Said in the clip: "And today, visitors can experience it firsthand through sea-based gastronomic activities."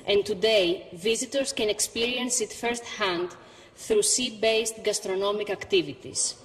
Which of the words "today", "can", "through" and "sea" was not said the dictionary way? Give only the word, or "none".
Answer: none